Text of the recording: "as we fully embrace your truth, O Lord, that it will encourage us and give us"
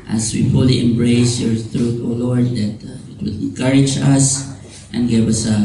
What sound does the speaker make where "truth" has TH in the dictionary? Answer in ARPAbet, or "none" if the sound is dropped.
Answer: T